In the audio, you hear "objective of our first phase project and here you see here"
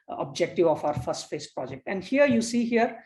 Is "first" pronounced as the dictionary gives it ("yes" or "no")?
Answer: yes